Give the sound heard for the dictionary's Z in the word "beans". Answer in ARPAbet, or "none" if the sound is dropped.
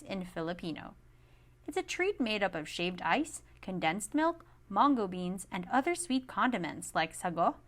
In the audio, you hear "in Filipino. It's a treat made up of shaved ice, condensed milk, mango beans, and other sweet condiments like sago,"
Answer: Z